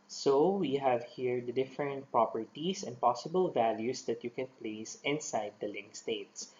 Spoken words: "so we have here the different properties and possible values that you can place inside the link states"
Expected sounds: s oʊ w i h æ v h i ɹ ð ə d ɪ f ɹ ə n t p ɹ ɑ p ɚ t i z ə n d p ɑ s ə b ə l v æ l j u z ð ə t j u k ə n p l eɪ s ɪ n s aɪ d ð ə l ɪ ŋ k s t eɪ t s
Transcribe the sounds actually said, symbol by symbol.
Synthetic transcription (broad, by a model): s oʊ w i h æ v h i ɹ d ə d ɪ f ɹ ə n t p ɹ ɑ p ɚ t i s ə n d p ɑ s ə b ə l v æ l j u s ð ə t j u k ə n p l eɪ s ɪ n s aɪ d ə l ɪ ŋ k s t eɪ t s